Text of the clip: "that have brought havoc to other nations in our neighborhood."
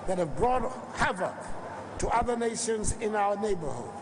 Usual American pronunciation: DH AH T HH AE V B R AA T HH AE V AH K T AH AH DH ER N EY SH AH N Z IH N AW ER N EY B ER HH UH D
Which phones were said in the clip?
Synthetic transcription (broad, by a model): DH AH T HH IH V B R AA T HH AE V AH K T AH AH DH ER N EY SH AH N Z IH N AW ER N EY B ER HH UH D